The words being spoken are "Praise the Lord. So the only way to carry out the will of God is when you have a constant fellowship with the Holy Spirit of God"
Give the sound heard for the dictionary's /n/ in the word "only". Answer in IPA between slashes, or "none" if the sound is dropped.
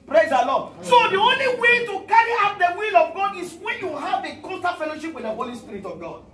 /n/